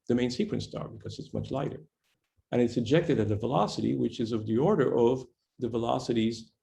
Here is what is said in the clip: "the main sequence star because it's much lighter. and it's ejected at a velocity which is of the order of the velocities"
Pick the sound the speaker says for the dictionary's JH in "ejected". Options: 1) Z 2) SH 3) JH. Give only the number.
3